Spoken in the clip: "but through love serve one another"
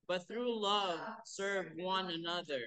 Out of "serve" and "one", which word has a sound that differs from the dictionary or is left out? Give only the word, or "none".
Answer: none